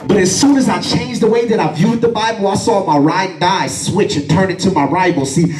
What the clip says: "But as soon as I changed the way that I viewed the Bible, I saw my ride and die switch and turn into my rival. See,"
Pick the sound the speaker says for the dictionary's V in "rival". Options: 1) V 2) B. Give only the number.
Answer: 2